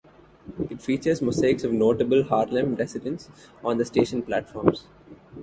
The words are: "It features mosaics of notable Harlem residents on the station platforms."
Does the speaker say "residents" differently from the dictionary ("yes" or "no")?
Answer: yes